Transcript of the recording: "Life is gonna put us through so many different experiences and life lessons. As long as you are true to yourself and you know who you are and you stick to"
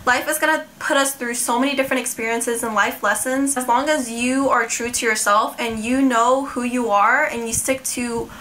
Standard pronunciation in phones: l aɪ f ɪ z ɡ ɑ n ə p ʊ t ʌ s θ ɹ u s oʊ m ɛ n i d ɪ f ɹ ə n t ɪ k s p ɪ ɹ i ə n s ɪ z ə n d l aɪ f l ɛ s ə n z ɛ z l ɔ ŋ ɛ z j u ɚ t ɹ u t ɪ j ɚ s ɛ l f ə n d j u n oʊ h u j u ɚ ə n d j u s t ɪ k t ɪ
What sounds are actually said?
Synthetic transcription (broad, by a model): l aɪ f ɪ z ɡ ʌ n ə p ʊ t ʌ s θ ɹ u s oʊ m ɛ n i d ɪ f ɹ ə n t ɪ k s p ɪ ɹ i ə n s ɪ z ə n l aɪ f l ɛ s ə n z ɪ z l ɔ ŋ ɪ z j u ɚ t ɹ u t ɪ j ɚ s ɛ l f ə n j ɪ n oʊ h u j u ɚ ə n j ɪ s t ɪ k t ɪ